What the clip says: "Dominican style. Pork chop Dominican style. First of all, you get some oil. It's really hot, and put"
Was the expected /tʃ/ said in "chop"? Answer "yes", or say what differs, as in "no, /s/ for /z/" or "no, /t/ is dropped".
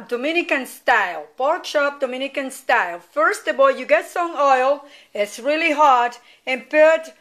no, /ʃ/ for /tʃ/